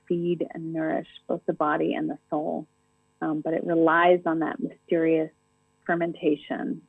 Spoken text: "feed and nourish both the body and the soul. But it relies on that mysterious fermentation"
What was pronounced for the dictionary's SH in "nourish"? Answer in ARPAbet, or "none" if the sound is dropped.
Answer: SH